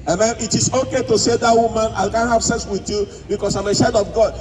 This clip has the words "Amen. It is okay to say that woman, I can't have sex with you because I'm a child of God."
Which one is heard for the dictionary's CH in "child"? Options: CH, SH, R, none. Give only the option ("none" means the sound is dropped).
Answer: SH